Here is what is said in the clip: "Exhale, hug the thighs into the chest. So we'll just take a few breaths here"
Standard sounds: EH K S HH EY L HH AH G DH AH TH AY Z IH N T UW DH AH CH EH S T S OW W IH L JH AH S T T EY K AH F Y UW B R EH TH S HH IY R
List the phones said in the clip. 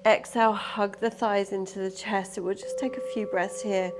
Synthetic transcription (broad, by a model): EH K S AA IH L HH AH G DH AH TH AY Z IH N T UW DH AH CH EH S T W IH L JH AH S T T EY K AH F Y UW B R EH TH S HH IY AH